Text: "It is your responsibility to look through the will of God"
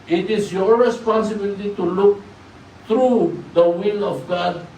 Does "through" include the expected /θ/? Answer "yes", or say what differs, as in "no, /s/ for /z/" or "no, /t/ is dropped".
no, /t/ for /θ/